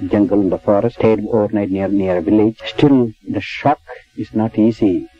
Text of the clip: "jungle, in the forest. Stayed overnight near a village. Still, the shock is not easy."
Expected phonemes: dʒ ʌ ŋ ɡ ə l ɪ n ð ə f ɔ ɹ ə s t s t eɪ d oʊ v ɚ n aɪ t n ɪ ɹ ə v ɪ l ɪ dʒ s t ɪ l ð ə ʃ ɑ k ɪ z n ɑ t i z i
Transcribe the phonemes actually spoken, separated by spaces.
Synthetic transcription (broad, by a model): dʒ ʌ ŋ ɡ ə l ɪ n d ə f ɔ ɹ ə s s t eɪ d oʊ v ɚ n aɪ t n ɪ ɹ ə v ɪ l ɪ dʒ s t ɪ l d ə ʃ ɑ k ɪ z n ɑ t i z i